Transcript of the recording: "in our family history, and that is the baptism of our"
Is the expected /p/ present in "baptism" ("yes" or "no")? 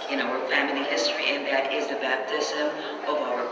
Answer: yes